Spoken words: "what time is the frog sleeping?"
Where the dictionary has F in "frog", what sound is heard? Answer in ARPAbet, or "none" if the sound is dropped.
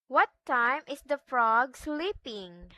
F